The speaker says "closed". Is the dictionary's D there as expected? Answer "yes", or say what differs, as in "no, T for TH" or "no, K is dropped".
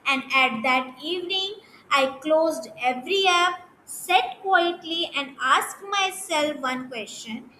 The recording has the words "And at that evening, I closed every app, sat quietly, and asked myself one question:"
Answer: yes